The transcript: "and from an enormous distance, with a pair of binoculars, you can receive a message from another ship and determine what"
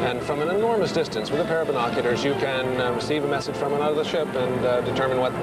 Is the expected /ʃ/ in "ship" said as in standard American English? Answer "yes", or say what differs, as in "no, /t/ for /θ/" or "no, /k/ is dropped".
yes